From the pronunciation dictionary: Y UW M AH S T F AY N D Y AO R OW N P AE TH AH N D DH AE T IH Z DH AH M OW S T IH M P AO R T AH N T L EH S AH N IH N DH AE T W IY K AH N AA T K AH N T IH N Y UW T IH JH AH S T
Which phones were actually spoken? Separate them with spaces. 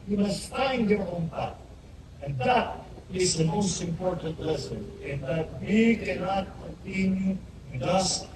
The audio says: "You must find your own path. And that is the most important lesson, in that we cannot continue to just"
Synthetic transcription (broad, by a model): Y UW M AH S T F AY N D Y AO R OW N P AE T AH N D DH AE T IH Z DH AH M OW S T IH M P AO R T AH N T L EH S AH N IH N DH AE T W IY K AH N AA T K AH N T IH N Y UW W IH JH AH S